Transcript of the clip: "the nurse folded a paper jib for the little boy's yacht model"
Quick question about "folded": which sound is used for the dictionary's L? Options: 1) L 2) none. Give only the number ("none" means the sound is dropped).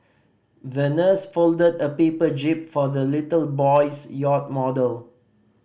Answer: 1